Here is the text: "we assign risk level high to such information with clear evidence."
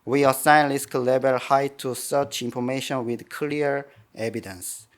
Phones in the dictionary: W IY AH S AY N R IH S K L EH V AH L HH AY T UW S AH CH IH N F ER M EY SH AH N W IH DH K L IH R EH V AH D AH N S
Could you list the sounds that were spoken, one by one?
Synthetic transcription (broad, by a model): W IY AH S AY N L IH S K L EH B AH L HH AY T UW S AH CH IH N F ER M EY SH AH N W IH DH K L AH R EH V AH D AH N S